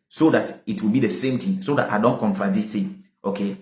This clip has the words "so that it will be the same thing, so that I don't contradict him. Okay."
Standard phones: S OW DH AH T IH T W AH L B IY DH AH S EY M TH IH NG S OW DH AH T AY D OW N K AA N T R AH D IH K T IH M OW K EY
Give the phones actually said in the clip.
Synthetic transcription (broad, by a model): S OW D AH T IH T W AH L B IY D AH S EY M T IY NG S OW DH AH T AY D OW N K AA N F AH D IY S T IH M OW K EY